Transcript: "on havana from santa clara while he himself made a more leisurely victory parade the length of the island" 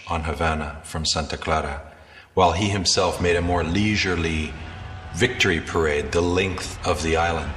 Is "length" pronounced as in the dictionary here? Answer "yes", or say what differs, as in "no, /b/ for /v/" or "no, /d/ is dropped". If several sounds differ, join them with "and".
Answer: yes